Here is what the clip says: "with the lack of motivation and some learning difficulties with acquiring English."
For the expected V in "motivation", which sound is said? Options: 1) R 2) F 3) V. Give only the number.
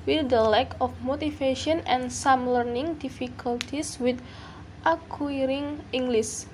2